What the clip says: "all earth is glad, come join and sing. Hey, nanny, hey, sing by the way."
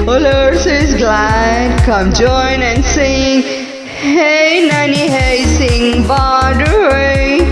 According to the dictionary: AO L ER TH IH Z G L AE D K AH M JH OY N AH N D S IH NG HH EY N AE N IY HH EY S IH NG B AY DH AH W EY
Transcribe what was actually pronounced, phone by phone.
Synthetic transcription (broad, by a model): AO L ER S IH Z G L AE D K AH M JH OY N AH N S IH NG HH EY N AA N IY HH EY S IH NG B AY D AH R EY